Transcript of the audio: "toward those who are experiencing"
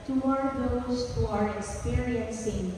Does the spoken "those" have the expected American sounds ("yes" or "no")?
no